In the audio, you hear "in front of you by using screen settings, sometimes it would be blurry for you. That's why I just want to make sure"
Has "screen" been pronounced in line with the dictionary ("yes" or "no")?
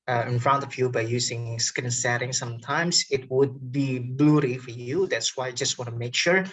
no